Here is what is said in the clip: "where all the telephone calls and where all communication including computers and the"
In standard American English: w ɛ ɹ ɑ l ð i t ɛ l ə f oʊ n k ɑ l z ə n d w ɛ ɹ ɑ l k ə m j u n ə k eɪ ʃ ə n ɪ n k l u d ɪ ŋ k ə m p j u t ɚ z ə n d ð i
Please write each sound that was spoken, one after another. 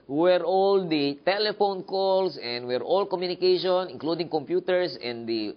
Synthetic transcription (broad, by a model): w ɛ ɹ ɑ l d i t ɛ l ə f oʊ n k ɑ l s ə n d w ɛ ɹ ɑ l k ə m j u n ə k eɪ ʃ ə n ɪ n k l u d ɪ ŋ k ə m p j u t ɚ s ə n d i